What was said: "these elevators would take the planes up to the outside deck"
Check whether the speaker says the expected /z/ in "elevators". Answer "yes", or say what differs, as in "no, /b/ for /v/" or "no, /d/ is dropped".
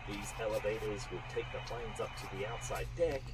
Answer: yes